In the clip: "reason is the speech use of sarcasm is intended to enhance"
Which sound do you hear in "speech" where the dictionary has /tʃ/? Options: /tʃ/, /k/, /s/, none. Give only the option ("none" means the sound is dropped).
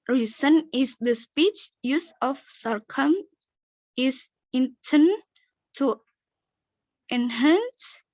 /tʃ/